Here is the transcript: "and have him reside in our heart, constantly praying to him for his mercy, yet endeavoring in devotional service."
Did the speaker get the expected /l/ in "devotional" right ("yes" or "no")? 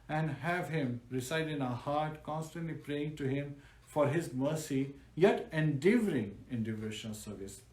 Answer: no